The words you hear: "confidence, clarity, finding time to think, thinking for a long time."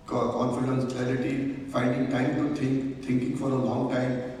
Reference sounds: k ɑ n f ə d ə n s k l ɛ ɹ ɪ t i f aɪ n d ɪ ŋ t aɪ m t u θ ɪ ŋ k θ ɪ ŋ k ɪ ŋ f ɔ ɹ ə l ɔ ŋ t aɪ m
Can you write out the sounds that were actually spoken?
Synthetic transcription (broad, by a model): k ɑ n f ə d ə n s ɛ l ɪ t i f aɪ n d ɪ ŋ t aɪ m t u t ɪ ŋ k t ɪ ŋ k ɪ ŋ f ɔ ɹ ə l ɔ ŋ t aɪ m